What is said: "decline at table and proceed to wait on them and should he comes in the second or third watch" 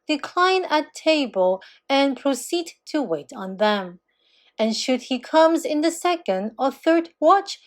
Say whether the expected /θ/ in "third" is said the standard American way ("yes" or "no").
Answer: yes